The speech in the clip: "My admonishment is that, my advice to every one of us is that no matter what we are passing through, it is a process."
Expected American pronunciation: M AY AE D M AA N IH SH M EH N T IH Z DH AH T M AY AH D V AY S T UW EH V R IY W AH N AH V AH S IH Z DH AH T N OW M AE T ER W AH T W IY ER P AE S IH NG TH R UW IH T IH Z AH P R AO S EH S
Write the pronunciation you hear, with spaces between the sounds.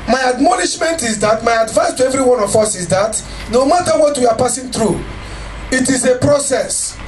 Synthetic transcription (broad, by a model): M AY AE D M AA N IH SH M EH N T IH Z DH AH T M AY AH D V AY S T UW EH V R IY W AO N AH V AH S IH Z DH AH T N OW M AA T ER W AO T W IY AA P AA S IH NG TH R UW IH T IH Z AH P R AO S EH S